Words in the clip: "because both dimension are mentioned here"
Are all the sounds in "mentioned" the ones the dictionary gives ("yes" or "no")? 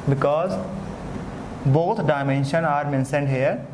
no